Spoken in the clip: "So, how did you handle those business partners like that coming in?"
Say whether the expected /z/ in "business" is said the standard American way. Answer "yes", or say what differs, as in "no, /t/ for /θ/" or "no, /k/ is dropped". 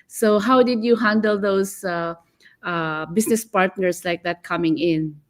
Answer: no, /s/ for /z/